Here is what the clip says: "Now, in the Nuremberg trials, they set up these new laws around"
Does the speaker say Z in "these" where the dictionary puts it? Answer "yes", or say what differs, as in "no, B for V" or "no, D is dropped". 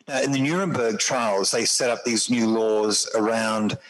yes